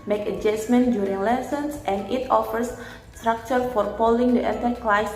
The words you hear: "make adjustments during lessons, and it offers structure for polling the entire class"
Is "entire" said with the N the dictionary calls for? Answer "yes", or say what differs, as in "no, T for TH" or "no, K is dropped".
no, N is dropped